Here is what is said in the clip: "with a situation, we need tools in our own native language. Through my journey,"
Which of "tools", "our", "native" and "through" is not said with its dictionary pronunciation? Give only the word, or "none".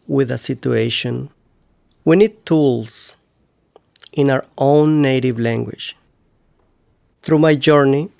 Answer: tools